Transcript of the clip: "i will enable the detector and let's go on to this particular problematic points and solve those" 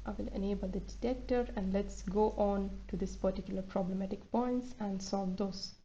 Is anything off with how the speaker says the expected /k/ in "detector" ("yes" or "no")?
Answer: no